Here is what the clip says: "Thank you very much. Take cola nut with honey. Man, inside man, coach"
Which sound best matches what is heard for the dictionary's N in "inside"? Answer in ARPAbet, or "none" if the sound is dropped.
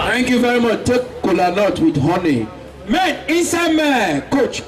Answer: none